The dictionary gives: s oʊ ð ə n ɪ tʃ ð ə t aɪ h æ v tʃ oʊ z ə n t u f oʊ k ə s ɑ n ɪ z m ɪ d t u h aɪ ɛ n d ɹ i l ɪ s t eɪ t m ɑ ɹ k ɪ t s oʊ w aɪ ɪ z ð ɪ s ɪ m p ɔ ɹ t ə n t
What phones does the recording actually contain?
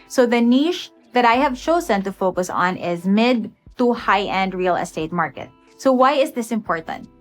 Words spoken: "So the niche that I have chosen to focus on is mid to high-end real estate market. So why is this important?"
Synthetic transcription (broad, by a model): s oʊ ð ə n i ʃ ð ə t aɪ h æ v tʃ oʊ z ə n t u f oʊ k ə s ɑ n ɪ z m ɪ d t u h aɪ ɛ n d ɹ i l ɪ s t eɪ t m ɑ ɹ k ɪ t s oʊ w aɪ ɪ z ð ɪ s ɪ m p ɔ ɹ t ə n t